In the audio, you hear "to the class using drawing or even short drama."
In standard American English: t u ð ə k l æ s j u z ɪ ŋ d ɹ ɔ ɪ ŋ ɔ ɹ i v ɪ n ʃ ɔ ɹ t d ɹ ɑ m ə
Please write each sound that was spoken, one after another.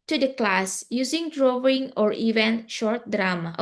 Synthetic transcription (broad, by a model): t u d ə k l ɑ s j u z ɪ ŋ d ɹ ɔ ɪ ŋ ɔ ɹ i v ɪ n ʃ ɔ ɹ t d ɹ ɑ m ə